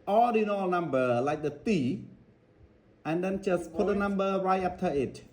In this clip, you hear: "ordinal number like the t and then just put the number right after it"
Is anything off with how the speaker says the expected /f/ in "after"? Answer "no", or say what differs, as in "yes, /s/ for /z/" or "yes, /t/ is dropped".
yes, /p/ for /f/